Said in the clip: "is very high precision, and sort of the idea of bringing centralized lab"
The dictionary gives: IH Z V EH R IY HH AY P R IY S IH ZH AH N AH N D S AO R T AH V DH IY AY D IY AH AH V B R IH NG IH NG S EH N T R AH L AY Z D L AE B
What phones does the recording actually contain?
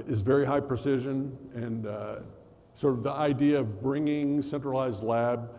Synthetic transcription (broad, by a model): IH Z V EH R IY HH AY P R IY S IH ZH AH N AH N S AO R T AH V DH IY AY D IY AH AH V B R IH NG IH NG S EH N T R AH L AY Z D L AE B